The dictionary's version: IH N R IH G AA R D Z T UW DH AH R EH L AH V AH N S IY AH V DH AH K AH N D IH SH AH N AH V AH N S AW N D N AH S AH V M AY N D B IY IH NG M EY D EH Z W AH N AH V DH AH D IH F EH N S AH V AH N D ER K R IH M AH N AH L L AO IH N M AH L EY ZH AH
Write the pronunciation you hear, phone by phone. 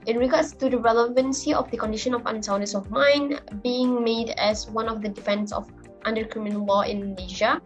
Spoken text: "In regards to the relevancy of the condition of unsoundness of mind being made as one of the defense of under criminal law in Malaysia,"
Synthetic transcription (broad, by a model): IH N R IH G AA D S T UW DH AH R EH L AH V AH N S IY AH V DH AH K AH N D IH SH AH N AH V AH N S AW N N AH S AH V M AY N B IY IH NG M EY D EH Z W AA N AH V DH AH D IH F EH N S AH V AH N D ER K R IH M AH N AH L L AO IH N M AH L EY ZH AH